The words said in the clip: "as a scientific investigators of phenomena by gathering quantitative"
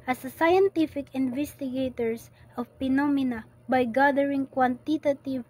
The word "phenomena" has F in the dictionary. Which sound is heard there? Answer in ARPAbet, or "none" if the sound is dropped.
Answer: P